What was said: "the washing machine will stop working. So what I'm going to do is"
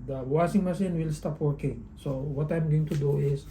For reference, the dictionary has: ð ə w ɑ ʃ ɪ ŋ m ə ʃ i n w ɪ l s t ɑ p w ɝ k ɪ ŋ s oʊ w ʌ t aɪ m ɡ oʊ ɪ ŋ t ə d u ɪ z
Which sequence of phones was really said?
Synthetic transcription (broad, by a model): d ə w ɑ s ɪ ŋ m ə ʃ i n w ɪ l s t ɑ p w ɝ k ɪ ŋ s oʊ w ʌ t aɪ m ɡ oʊ ɪ ŋ t ə d u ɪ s